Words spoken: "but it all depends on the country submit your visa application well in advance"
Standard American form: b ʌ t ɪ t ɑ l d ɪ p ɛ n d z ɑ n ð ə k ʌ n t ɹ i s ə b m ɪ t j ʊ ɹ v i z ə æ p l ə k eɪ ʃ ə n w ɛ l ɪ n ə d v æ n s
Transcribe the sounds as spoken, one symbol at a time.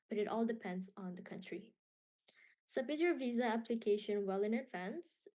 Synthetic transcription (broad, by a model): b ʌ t ɪ t ɑ l d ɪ p ɛ n d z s n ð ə k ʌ n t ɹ i s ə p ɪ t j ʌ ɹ v i z ə æ p l ə k eɪ ʃ ə n w ɛ l ɪ n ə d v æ n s